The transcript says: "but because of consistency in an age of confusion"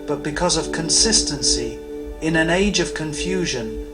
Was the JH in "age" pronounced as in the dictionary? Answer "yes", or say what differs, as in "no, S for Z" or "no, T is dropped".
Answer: yes